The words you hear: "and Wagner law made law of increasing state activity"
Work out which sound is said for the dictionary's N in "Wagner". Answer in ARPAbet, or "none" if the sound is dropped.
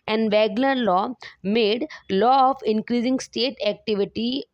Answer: L